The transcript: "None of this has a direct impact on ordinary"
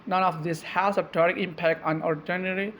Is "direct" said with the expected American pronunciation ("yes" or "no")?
no